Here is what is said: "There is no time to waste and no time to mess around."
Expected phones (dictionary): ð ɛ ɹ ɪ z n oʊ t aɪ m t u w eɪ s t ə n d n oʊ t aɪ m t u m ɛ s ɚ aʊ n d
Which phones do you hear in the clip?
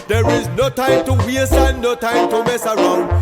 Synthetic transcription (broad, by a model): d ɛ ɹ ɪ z n oʊ t aɪ m t u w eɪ s ə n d n oʊ t aɪ m t u m ɛ s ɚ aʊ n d